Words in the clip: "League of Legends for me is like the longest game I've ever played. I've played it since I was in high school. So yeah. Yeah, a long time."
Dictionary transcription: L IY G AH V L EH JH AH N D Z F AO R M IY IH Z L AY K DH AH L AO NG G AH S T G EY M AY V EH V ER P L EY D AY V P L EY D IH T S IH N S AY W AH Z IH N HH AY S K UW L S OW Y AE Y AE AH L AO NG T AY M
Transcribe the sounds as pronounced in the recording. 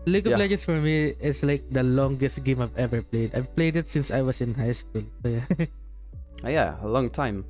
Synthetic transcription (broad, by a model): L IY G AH P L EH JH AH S F AO R M IY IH S L AY K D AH L AO NG G AH S T G EY M AY V EH V ER P L EY D AY V P L EY D IH T S IH N S AY W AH S IH N HH AY S K UW L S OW Y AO Y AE AH L AO NG T AY M